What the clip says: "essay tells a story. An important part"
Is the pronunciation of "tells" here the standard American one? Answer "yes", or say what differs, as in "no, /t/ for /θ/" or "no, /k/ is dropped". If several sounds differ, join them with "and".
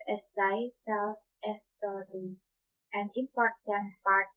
no, /s/ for /t/